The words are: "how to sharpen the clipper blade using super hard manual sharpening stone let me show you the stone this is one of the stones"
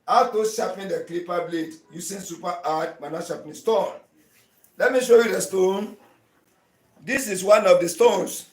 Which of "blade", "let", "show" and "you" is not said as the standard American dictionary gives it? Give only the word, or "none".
none